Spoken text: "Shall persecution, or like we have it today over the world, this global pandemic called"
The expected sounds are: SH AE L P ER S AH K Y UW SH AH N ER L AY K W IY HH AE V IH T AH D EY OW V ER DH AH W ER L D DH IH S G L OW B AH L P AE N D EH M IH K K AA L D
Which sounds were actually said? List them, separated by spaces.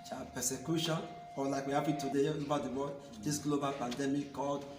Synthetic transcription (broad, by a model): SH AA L P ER S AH K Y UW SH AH N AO L AY K W IY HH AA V IH T AH D EY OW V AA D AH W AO D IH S G L OW B AH L P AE N D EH M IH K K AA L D